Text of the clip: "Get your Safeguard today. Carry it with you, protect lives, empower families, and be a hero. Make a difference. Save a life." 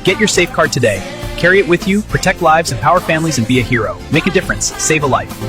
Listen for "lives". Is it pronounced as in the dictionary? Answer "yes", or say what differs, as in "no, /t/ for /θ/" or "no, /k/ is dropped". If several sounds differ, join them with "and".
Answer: yes